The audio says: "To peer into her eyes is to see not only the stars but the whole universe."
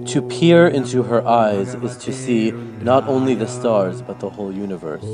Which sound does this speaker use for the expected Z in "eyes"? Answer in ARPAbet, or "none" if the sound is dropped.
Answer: Z